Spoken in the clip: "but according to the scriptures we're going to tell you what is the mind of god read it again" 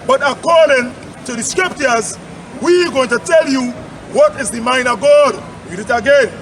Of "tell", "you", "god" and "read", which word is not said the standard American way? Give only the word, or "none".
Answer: read